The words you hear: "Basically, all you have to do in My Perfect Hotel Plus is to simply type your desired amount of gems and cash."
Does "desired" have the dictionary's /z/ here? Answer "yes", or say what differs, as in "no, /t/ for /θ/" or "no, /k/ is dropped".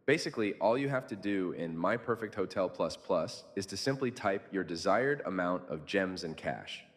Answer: yes